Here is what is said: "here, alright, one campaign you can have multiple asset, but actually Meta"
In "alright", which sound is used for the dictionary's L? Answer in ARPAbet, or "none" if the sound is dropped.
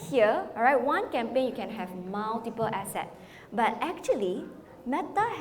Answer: none